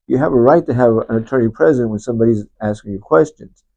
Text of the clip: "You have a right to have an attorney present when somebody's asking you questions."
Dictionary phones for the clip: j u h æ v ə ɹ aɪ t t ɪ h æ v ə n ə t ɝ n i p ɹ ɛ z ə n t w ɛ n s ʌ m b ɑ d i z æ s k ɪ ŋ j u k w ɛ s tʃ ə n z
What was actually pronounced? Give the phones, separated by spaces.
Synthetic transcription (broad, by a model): j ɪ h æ v ə ɹ aɪ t t ɪ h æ v ə n ə t ɝ n i p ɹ ɛ z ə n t w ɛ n s ʌ m b ɑ d i z æ s k ɪ ŋ j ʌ k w ɛ s tʃ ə n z